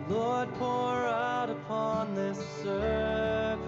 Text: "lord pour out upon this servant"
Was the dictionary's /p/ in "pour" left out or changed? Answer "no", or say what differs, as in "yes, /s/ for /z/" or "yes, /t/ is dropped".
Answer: no